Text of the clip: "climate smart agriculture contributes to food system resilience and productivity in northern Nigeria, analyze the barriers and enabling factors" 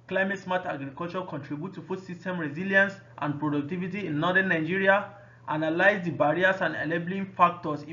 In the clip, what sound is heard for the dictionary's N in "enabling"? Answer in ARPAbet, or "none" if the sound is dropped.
L